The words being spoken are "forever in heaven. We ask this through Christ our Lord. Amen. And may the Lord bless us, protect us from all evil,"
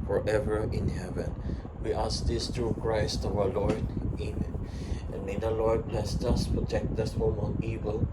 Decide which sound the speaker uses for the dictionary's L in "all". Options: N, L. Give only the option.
N